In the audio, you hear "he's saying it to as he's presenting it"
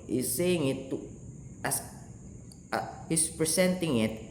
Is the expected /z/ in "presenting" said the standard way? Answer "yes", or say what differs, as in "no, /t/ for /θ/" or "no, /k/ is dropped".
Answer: no, /s/ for /z/